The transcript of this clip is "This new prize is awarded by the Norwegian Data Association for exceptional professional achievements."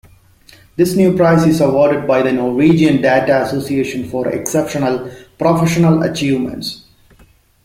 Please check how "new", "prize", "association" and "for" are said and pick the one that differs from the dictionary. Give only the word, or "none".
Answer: prize